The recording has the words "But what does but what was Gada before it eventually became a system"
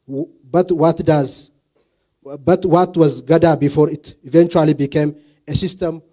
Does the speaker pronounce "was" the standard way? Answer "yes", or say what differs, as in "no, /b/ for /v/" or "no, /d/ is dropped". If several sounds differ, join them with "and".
yes